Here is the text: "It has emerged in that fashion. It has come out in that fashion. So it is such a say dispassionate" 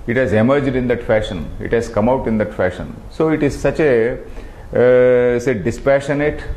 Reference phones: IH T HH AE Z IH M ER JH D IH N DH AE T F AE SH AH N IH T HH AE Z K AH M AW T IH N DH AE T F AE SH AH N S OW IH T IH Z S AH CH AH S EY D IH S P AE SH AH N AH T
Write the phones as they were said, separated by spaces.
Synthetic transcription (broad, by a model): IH T HH AE Z IH M ER JH D IH N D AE T F AE SH AH N IH T HH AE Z K AH M AW T IH N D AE T F AE SH AH N S OW IH T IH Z S AH CH AH S EY D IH S P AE SH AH N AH T